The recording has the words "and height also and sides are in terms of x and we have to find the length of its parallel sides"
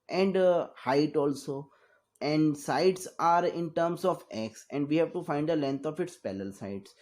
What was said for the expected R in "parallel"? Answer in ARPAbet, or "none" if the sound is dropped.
L